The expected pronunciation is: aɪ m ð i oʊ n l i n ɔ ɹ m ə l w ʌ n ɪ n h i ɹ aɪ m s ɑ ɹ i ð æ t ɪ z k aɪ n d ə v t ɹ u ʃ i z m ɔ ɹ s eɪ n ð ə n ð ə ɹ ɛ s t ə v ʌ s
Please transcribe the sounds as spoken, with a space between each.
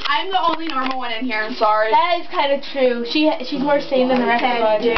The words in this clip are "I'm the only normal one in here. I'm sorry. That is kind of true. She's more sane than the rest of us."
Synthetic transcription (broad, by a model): aɪ m ð i oʊ n l i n ɔ ɹ m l w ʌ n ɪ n h i ɹ aɪ m s ɑ ɹ i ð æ t ɪ z k aɪ n d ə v t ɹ u ʃ i z m ɔ ɹ s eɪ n ð ə n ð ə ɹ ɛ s ə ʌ